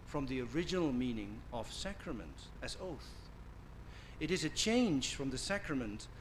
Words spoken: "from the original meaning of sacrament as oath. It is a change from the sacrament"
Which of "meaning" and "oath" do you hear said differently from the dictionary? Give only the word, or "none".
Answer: none